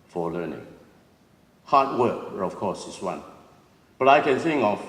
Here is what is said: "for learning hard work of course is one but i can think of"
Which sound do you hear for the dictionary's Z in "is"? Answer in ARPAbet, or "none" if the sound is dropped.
S